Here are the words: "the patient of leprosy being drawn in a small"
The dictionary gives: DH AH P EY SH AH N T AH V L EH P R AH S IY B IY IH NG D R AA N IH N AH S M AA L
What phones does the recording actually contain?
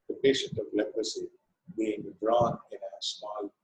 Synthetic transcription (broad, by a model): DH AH P EY SH AH N T AH V L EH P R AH S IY B IY IH NG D R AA N IH N AH S M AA L